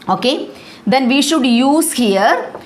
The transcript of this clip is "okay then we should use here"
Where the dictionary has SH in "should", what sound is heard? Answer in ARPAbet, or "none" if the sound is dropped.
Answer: SH